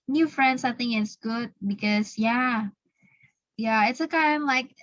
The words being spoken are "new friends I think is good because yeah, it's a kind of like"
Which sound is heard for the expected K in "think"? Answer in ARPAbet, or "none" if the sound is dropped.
none